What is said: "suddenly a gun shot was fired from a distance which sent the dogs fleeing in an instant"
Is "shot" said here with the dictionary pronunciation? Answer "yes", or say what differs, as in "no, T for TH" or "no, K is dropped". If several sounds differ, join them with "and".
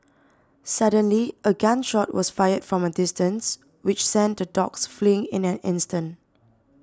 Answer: yes